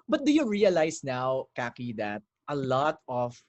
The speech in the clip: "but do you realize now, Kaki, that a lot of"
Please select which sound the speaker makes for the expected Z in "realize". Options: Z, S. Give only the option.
S